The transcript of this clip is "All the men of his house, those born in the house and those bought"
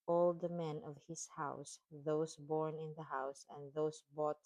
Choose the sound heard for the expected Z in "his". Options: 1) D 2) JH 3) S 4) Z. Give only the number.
3